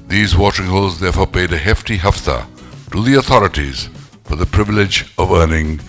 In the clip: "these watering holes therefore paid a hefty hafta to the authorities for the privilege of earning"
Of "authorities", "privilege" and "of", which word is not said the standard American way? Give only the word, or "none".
none